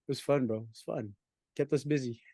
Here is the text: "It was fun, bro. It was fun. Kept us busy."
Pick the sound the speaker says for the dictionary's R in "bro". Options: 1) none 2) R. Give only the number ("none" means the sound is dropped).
1